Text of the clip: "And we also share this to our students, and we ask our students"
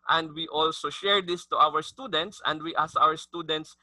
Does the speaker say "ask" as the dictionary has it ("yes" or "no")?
no